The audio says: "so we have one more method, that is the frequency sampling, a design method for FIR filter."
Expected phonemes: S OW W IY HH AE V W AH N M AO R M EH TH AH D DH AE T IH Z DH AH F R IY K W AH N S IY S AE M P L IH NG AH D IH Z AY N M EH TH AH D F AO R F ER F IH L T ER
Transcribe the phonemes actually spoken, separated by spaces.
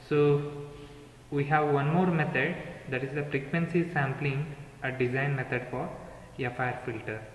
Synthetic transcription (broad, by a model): S OW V IY HH AE V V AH N M AO R M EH T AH D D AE T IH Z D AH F R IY K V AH N S IY S AE M P L IH NG AH D IH Z AY N M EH T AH D F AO R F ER F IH L T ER